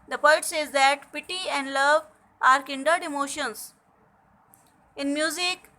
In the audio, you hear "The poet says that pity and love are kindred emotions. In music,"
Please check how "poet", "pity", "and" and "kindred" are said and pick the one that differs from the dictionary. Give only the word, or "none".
kindred